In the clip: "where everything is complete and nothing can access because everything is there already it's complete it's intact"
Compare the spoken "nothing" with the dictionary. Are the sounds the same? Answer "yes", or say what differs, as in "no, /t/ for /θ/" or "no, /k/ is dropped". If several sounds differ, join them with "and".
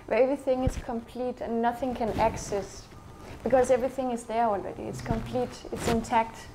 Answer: yes